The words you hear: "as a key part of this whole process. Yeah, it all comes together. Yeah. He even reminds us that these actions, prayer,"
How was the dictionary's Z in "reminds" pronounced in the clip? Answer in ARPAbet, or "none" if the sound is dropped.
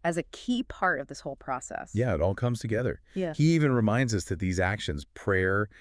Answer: Z